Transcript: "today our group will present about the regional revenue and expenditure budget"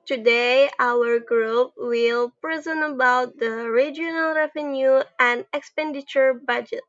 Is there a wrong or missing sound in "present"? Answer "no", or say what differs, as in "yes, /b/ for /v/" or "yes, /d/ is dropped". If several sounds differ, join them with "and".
yes, /t/ is dropped